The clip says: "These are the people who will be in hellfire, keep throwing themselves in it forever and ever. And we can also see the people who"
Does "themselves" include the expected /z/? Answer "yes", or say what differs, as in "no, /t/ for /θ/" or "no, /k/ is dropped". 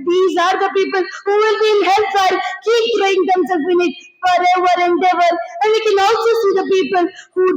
no, /z/ is dropped